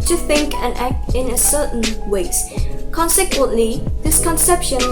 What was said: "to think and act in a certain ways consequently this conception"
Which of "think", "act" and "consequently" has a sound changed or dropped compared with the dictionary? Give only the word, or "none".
none